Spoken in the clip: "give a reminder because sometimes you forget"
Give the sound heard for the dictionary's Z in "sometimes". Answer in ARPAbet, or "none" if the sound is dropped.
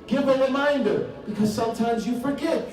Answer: Z